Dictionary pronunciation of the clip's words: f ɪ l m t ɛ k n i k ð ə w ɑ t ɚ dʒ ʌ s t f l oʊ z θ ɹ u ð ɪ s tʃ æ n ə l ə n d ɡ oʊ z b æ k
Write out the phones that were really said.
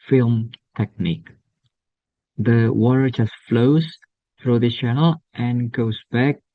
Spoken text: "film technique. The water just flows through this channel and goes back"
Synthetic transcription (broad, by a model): f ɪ l m t ɛ k n i k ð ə w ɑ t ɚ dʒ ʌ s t f l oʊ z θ ɹ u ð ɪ tʃ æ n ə l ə n ɡ oʊ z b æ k